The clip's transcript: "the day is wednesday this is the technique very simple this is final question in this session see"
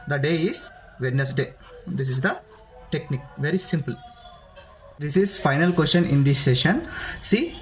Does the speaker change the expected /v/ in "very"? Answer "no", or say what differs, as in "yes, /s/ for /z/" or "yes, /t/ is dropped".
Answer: no